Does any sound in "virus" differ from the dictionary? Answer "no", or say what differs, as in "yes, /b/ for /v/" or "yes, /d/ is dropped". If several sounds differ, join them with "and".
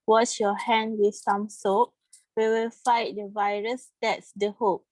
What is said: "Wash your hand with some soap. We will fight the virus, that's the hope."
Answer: no